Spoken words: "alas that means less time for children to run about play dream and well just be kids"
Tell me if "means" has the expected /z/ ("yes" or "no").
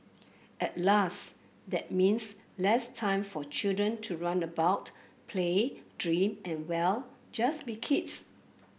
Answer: no